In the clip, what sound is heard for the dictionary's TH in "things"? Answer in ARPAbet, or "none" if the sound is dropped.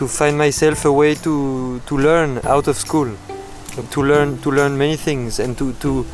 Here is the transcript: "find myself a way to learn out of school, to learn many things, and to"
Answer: TH